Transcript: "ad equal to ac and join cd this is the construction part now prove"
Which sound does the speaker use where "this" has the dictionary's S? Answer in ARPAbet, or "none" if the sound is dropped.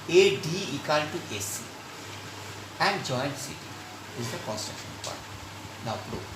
none